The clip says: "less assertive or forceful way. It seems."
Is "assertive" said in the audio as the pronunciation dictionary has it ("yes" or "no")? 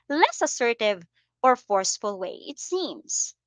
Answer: yes